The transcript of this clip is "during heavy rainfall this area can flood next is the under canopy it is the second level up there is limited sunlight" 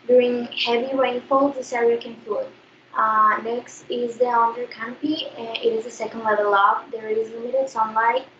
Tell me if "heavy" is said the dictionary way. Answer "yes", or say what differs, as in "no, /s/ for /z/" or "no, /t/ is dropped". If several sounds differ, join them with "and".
yes